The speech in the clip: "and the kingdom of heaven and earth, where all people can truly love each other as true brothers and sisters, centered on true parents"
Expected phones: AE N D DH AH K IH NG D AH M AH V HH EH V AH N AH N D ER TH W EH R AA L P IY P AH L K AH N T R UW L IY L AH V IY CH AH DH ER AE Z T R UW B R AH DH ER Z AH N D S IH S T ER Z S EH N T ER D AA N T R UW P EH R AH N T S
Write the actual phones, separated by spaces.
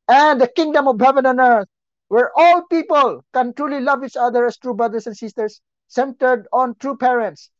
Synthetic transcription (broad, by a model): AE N D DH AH K IH NG D AH M AH V HH EH V AH N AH N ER T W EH R AA L P IY P AH L K AH N T R UW L IY L AH V IY CH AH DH ER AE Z T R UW B R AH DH ER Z AH N D S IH S T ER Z S EH N T ER D AA N T R UW P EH R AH N T S